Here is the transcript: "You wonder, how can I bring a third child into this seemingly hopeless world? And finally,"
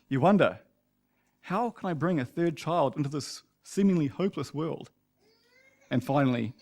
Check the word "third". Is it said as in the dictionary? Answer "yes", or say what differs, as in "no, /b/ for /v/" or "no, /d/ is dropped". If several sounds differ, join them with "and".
yes